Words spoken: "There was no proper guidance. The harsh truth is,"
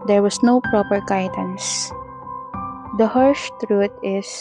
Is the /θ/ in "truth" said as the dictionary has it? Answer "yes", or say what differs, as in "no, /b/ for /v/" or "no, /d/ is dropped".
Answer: no, /t/ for /θ/